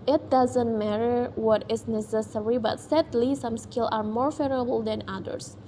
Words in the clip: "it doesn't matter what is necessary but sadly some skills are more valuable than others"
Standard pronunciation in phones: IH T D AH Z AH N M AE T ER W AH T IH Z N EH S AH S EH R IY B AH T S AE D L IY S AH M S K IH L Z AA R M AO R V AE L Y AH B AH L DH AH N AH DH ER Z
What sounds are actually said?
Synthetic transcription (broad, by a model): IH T D AH Z AH N M AE T ER W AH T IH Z N EH S AH S EH R IY B AH T S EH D L IY S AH M S K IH L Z AA R M AO R F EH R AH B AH L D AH N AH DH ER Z